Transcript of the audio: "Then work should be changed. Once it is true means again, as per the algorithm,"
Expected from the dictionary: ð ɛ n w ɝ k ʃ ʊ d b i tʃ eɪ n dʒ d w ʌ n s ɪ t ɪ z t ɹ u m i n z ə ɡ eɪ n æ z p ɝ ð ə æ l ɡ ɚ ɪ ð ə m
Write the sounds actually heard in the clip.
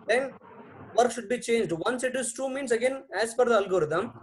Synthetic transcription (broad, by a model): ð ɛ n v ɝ k ʃ ʊ d b i tʃ eɪ n dʒ d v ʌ n s ɪ t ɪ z t u m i n s ə ɡ eɪ n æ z f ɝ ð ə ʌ l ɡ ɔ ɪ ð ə m